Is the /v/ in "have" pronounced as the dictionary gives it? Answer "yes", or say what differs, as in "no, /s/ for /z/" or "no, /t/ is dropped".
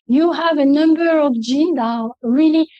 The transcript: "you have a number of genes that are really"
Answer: yes